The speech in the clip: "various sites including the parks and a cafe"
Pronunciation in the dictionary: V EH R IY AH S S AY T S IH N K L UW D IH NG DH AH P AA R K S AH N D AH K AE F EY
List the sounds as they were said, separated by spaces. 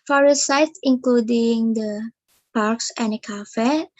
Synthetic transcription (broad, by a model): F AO R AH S S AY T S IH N K L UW D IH NG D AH P AA R K S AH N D AH K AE F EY